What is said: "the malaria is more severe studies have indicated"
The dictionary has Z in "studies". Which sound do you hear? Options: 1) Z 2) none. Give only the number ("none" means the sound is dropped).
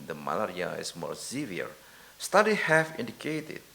2